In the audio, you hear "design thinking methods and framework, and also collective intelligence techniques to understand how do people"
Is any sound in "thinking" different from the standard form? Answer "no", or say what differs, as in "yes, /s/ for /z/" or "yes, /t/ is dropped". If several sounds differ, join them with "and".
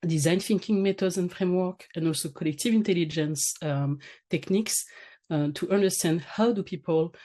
yes, /f/ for /θ/